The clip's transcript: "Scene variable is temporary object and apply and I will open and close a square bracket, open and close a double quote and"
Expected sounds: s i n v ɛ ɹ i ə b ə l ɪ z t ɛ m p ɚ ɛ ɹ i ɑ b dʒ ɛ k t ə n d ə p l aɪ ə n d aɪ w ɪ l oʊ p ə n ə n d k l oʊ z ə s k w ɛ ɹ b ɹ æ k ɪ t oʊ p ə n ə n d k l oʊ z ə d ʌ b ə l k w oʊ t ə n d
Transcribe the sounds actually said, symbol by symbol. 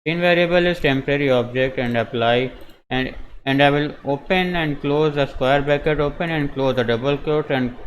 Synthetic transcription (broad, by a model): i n v ɛ ɹ i ə b ə l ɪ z t ɛ m p ɚ ɛ ɹ i ɑ b dʒ ɛ k t ə n d ə p l aɪ ə n d aɪ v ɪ l oʊ p ə n ə n d k l oʊ z ə s k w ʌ ɹ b æ k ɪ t oʊ p ə n ə n d k l oʊ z ə d ʌ b ə l k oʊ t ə n d